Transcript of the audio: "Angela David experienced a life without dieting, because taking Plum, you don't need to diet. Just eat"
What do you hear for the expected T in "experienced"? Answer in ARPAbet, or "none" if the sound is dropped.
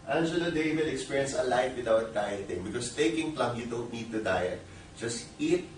none